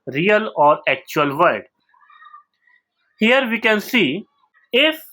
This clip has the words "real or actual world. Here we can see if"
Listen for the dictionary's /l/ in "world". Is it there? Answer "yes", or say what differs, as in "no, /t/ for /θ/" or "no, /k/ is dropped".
no, /l/ is dropped